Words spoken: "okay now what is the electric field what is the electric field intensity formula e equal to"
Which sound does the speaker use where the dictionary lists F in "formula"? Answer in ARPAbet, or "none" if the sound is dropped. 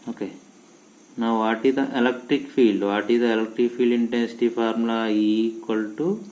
P